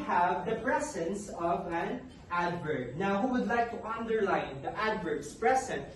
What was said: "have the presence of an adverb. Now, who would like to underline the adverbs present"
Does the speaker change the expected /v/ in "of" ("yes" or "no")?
no